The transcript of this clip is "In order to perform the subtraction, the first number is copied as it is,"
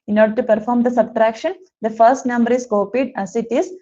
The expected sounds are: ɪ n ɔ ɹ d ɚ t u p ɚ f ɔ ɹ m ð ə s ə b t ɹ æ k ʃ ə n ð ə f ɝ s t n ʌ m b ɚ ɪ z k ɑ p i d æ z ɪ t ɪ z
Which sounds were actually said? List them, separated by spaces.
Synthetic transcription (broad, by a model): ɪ n ɔ ɹ d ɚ t u p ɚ f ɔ ɹ m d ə s ə b t ɹ æ k ʃ ə n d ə f ɝ s t n ʌ m b ɚ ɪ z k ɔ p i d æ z ɪ t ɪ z